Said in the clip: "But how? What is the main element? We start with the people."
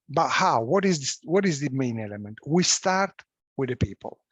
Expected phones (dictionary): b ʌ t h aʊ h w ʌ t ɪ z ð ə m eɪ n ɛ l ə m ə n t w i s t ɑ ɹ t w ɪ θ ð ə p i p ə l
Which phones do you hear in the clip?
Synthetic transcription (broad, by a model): b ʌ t h aʊ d w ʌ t ɪ z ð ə m eɪ n ɛ l ə m ə n t w i s t ɑ ɹ t w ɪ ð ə p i p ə l